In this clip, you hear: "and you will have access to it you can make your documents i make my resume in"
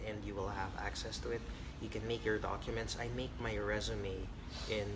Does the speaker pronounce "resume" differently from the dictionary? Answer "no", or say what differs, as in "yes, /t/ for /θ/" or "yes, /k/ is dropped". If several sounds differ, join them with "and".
no